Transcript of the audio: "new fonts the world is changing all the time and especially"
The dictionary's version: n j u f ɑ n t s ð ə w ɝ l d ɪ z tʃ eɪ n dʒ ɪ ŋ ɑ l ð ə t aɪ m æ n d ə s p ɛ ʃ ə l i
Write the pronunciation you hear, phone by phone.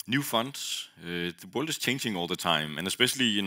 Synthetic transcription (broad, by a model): n j u f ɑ n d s ð ə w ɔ l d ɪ s tʃ eɪ n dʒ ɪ ŋ ɑ l ð ə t aɪ m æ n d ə s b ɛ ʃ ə l i